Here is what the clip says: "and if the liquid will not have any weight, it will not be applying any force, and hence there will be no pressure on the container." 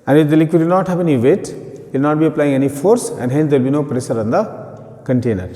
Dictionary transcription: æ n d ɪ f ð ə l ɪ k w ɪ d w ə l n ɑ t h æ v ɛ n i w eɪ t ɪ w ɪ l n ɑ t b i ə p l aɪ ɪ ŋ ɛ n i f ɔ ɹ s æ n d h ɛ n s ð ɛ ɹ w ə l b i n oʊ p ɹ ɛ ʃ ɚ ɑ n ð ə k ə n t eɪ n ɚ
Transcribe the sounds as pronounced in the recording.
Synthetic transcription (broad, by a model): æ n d ɪ f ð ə l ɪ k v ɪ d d n ɑ t h æ v ɛ n i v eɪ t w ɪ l n ɑ t b i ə p l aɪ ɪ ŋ ɛ n i f ɔ ɹ s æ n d h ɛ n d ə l b i n oʊ p ɹ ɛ s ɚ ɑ n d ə k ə n t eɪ n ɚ